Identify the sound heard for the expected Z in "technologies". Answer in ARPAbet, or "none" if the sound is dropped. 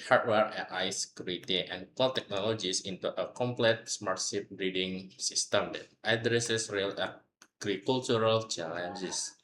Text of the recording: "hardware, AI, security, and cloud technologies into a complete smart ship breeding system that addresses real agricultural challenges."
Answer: S